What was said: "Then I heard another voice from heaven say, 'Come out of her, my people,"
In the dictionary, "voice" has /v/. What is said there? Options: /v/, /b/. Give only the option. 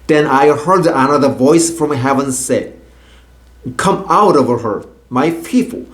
/v/